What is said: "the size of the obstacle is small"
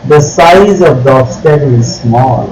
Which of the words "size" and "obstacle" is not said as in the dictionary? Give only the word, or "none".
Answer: obstacle